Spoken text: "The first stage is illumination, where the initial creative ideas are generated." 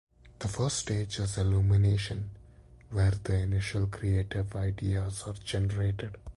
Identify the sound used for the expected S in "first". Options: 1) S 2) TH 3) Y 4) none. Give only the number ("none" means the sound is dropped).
4